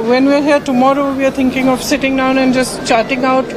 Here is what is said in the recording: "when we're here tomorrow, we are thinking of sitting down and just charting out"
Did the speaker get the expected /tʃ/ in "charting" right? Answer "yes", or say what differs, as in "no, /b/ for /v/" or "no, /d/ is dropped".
yes